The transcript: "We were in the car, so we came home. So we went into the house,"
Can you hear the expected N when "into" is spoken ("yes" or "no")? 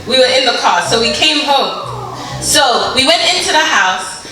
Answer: yes